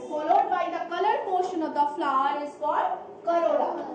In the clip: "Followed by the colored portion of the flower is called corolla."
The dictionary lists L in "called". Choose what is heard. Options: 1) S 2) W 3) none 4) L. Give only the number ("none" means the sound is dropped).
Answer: 3